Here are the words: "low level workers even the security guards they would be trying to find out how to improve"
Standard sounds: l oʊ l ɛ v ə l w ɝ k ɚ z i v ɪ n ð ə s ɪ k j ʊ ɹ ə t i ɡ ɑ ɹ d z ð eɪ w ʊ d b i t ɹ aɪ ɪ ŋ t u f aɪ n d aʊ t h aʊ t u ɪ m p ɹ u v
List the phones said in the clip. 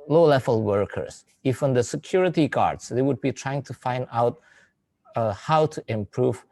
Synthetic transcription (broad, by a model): l oʊ l ɛ v ə l w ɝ k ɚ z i f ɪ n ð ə s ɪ k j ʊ ɹ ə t i ɡ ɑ ɹ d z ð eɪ w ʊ d b i t ɹ aɪ ɪ ŋ t u f aɪ n d aʊ t h aʊ t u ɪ m p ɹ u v